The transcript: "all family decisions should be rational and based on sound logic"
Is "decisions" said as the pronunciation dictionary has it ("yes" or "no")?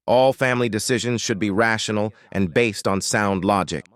yes